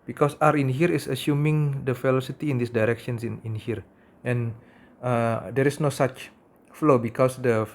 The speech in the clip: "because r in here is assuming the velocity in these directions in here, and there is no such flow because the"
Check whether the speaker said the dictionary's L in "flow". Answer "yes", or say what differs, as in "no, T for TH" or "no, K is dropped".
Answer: yes